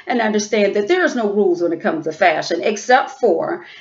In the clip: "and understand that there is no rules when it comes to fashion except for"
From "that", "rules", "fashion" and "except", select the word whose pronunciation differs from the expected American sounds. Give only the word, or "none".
none